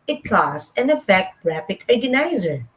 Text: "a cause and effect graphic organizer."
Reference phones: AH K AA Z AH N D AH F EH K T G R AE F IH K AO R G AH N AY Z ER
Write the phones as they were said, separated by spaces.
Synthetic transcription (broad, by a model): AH K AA S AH N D AH F EH K T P R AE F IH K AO R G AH N AY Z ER